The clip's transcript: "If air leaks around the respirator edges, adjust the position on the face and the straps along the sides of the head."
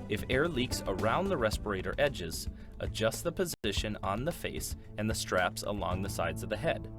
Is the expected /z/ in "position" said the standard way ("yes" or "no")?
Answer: yes